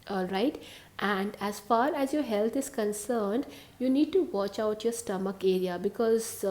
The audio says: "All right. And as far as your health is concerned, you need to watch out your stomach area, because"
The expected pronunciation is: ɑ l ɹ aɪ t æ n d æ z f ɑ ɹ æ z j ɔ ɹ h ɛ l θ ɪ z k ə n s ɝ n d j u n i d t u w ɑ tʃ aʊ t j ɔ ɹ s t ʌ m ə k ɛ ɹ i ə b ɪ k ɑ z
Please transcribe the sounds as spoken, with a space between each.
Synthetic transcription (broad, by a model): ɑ l ɹ aɪ t æ n d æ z f ɑ ɹ æ z j ɔ ɹ h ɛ l t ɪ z k ə n s ɝ n d j u n i d t u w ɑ tʃ aʊ t j ɔ ɹ s t ʌ m ə k ɛ ɹ i ə b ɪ k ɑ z